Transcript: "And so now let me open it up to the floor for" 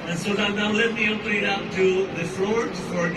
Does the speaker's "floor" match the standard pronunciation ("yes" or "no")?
no